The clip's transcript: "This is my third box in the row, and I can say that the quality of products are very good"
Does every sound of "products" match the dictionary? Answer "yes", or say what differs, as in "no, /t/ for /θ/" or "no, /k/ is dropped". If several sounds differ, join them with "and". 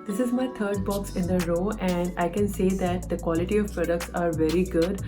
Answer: yes